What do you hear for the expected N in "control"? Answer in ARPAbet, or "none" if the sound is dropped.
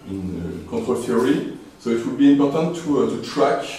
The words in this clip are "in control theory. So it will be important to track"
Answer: none